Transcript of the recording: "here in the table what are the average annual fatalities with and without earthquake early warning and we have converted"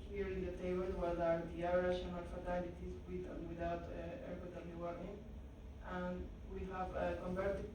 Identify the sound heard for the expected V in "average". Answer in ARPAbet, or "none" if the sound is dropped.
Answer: none